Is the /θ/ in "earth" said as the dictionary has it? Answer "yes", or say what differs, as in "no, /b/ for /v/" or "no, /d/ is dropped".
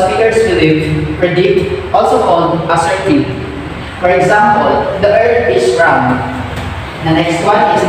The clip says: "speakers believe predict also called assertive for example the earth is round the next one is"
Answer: no, /t/ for /θ/